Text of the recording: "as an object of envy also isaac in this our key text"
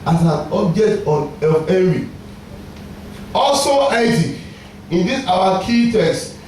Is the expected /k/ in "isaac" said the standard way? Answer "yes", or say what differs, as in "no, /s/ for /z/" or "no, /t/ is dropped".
no, /k/ is dropped